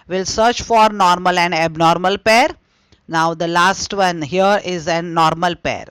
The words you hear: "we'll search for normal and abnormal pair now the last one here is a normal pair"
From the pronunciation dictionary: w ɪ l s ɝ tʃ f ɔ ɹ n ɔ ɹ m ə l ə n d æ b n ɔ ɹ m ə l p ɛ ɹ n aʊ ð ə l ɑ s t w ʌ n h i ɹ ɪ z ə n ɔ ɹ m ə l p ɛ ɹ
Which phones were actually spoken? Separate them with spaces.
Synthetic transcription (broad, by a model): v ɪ l s ɝ tʃ f ɔ ɹ n ɔ ɹ m ə l ə n d æ b n ɔ ɹ m ə l p ɛ ɹ n aʊ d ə l ɑ s t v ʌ n h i ɹ ɪ z ə n ɔ ɹ m ə l p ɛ ɹ